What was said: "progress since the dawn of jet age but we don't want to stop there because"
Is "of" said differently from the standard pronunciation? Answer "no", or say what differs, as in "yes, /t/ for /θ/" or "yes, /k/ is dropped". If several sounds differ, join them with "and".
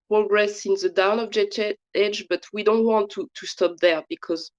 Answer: yes, /b/ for /v/